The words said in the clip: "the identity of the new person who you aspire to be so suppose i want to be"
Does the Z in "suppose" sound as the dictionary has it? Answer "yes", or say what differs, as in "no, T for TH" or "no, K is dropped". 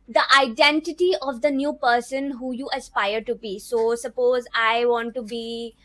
yes